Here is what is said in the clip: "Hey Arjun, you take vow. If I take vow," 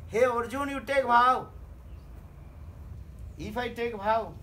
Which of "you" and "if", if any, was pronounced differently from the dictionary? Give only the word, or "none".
if